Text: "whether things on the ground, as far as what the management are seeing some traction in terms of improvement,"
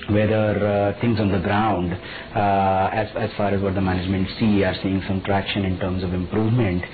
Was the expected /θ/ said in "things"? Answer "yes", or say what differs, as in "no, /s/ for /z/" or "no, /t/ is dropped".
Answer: no, /t/ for /θ/